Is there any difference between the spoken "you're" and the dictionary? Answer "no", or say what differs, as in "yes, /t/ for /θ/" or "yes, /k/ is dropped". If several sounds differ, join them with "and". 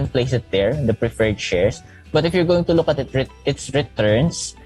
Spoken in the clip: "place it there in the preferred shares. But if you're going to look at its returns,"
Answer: no